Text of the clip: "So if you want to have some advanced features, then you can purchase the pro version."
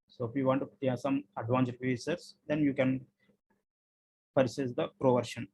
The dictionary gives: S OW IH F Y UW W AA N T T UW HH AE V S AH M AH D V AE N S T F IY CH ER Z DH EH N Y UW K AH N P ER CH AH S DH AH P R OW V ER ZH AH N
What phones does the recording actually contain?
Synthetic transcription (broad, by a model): S OW IH F Y UW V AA N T T UW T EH S AH M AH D V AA N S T P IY S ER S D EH N Y UW K AH N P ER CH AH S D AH P R OW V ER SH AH N